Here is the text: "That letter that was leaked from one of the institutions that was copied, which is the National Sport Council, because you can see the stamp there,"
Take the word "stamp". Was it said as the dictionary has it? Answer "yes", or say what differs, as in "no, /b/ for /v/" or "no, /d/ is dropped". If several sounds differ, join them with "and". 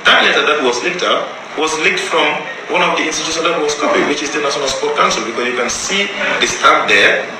no, /m/ is dropped